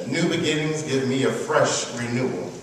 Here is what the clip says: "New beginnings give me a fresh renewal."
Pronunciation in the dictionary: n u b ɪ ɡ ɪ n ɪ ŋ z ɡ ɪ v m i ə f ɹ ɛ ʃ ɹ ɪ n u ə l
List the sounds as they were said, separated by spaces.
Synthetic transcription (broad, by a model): n u b ɪ ɡ ɪ n ɪ ŋ z ɡ ɪ v m i ə f ɹ ɛ ʃ ɹ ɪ n u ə l